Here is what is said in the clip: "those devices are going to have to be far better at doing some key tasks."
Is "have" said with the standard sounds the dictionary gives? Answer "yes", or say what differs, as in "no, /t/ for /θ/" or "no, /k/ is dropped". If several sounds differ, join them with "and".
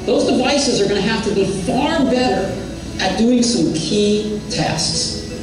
no, /f/ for /v/